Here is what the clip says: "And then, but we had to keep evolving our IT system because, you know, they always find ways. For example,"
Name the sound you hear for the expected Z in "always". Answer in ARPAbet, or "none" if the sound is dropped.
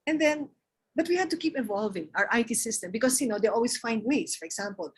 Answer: S